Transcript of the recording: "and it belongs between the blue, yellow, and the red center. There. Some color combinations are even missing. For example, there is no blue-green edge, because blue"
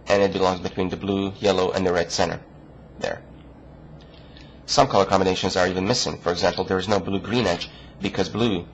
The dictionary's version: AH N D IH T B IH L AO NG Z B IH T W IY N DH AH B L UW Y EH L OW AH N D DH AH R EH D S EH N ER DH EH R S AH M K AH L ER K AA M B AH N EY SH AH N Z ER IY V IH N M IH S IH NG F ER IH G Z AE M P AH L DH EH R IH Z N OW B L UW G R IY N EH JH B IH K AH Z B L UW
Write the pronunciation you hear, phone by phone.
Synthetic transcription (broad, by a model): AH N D IH T B IH L AO NG Z B IH T W IY N DH AH B L UW Y EH L OW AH N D DH AH R EH D S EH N ER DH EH R S AH M K AH L ER K AA M B AH N EY SH AH N Z ER IY V IH N M IH S IH NG F ER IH G Z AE M P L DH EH R IH Z N OW B L UW G R IY N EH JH B IH K AH Z B L UW